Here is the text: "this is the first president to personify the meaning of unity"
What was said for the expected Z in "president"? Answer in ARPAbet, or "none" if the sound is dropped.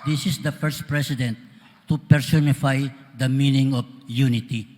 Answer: S